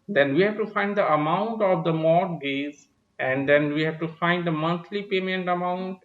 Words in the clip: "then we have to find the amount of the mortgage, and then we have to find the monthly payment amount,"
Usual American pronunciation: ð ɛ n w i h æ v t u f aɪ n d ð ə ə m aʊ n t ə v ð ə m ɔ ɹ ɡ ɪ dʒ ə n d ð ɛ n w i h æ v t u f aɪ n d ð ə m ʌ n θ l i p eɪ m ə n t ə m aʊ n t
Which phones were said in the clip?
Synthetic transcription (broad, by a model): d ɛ n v i h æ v t u f aɪ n d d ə ə m aʊ n t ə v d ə m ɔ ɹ ɡ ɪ z ə n d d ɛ n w i h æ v t u f aɪ n d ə m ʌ n t l i p eɪ m ə n t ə m aʊ n t